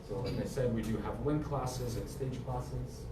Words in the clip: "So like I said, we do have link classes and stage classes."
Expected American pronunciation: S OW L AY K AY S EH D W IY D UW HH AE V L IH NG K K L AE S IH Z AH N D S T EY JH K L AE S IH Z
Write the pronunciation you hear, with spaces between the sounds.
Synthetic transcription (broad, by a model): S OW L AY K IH S EH D W IY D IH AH V W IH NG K K L AE S IH Z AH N S T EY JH K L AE S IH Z